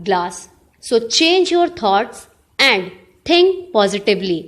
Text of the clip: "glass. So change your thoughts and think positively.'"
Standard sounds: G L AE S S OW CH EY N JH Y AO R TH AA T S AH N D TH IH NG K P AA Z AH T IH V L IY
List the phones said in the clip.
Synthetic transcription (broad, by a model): G L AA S S OW CH EY N JH Y AO R T AA T S AH N D T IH NG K P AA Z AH T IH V L IY